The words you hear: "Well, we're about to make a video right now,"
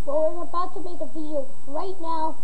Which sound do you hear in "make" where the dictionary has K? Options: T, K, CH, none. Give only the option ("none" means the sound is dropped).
none